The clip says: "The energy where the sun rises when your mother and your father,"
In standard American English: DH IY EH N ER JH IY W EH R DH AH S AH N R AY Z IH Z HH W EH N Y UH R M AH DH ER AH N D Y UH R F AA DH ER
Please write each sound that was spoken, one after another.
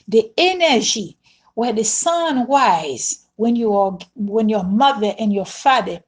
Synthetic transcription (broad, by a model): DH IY EH N ER JH IY W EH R DH AH S AH N W AY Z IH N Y W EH N Y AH R M AH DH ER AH N Y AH R F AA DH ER